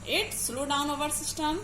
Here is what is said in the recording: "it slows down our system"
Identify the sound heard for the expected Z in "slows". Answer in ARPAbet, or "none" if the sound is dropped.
none